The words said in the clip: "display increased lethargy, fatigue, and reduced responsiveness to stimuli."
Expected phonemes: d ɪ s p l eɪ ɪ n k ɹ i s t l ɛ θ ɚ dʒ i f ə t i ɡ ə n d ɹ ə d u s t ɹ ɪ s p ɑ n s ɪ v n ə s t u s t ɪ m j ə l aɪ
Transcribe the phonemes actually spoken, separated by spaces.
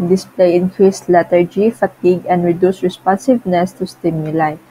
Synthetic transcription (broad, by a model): d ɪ s p l eɪ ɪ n k ɹ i s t l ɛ t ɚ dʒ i f ə t i ɡ ə n d ɹ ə d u s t ɹ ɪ s p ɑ n s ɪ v n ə s t u s t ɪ m j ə l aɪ